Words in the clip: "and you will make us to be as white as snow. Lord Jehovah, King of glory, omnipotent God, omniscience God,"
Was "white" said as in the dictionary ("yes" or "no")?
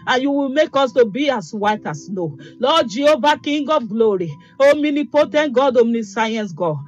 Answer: yes